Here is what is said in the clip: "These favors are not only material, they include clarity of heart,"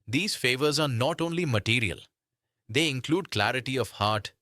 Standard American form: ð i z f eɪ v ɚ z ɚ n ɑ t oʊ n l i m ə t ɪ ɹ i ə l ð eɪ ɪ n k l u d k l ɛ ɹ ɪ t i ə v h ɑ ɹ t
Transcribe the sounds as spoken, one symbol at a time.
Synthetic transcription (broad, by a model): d i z f eɪ v ɚ z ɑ n ɑ t oʊ n l i m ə t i ɹ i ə l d eɪ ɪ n k l u d k l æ ɹ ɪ t i ə v h ɑ ɹ t